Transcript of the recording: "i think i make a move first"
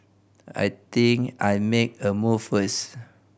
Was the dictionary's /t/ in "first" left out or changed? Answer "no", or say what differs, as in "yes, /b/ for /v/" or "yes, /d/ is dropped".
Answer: yes, /t/ is dropped